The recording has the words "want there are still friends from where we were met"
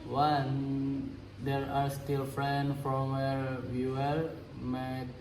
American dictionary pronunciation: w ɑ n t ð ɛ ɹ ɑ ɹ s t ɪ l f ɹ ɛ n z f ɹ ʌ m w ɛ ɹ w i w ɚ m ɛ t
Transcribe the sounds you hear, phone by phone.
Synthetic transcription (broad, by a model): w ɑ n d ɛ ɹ ɑ ɹ s t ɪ l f ɹ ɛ n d f ɹ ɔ m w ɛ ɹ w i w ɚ m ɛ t